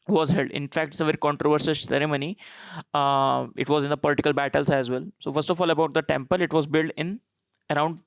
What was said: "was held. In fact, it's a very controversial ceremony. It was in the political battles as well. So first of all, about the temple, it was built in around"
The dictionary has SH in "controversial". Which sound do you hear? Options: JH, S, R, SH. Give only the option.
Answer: S